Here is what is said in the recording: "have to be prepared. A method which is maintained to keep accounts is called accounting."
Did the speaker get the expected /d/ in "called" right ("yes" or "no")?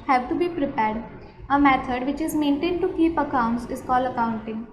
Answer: no